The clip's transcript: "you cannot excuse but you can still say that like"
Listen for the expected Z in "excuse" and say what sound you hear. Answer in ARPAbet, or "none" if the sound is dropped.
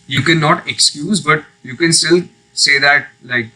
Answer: Z